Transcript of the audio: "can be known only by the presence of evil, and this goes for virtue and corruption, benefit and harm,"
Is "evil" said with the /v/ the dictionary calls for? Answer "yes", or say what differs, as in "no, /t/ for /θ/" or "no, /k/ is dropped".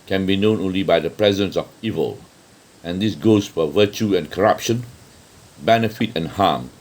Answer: yes